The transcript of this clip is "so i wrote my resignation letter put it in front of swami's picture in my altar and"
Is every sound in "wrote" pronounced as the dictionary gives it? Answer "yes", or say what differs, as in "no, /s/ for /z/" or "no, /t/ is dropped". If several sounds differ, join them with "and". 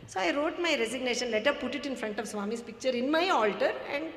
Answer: yes